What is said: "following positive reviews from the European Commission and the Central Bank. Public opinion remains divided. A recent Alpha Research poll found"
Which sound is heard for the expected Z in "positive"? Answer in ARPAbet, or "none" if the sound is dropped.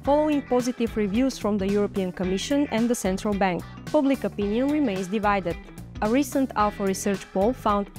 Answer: Z